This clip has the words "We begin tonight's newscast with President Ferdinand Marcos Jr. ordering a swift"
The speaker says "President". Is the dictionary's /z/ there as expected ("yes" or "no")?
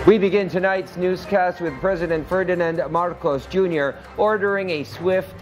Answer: yes